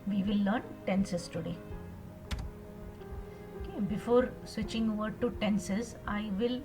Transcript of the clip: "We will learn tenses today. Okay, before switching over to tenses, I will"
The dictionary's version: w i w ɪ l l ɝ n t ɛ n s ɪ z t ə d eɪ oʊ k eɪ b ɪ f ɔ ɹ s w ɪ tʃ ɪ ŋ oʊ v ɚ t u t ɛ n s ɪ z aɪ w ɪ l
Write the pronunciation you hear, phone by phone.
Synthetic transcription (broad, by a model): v i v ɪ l l ɝ n t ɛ n s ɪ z t ə d eɪ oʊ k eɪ b ɪ f ɔ ɹ s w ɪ tʃ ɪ ŋ oʊ v ɚ t u t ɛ n s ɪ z aɪ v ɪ l